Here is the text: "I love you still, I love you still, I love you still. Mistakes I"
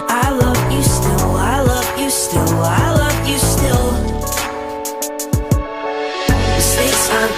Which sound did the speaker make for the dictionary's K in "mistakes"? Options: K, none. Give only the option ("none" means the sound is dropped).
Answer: none